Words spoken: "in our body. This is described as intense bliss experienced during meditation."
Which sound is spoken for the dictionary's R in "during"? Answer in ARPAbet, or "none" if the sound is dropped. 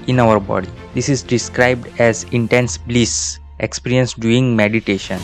none